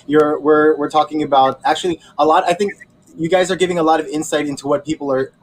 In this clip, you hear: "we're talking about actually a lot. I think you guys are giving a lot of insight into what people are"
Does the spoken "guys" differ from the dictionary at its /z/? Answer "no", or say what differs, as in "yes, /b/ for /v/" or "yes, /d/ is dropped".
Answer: no